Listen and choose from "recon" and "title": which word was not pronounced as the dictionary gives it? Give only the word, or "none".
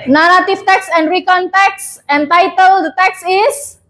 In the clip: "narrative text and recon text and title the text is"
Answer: none